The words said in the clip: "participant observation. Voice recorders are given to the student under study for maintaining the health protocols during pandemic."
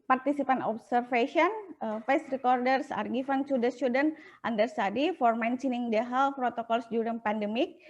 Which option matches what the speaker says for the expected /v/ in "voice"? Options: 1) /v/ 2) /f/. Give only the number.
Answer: 2